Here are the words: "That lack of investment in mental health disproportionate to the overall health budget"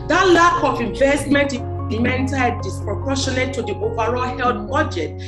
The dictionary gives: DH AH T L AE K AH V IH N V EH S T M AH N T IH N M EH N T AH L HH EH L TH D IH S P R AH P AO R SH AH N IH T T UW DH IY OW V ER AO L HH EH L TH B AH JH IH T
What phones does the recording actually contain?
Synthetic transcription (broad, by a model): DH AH T L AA K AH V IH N V EH S T M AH N T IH L M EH N T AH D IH S P R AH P AO SH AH N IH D T UW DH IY OW V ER AO L HH EH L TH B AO JH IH T